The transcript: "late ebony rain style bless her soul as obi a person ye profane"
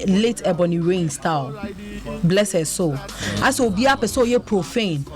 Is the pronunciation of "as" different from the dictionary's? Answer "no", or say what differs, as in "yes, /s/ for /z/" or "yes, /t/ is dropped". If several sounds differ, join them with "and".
yes, /s/ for /z/